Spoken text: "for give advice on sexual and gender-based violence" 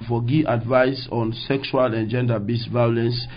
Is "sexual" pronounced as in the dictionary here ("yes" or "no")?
yes